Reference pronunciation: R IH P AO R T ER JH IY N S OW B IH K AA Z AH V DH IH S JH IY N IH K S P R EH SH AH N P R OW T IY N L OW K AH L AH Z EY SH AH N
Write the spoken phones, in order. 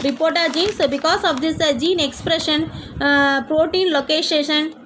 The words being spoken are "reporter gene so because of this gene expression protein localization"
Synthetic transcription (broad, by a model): R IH P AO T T JH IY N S B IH K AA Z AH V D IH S JH IY N IH K S P R EH SH AH N P R OW T IY N L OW K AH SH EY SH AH N